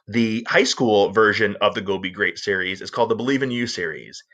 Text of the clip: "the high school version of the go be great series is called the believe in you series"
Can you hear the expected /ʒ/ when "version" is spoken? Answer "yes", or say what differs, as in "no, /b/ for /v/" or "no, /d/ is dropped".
yes